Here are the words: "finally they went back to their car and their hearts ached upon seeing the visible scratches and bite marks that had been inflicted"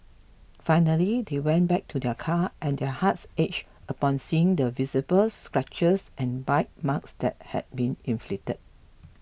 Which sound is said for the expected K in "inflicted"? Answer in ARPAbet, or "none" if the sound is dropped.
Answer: none